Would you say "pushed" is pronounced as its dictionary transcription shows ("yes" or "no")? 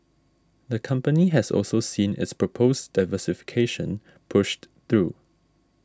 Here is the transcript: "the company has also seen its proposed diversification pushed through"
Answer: yes